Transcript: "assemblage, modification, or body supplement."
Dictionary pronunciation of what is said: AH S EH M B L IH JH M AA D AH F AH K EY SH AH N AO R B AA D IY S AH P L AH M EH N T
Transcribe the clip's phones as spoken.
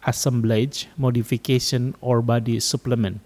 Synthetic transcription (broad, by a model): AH S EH M B L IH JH M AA D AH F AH K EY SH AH N AO R B AA D IY S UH P L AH M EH N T